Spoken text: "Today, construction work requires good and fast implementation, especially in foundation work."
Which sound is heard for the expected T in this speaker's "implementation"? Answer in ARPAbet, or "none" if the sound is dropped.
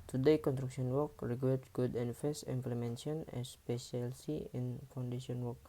S